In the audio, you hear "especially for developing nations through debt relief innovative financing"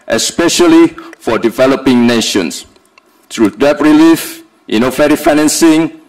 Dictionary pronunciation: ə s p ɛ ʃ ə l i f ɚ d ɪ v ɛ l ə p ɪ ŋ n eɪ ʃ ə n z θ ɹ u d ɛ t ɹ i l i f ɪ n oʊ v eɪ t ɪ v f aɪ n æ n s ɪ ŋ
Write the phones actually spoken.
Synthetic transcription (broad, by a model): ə s p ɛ ʃ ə l i f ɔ d ɪ v ɛ l ə p ɪ ŋ n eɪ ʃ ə n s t ɹ u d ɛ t ɹ i l i f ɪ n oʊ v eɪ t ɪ f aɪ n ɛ n s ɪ ŋ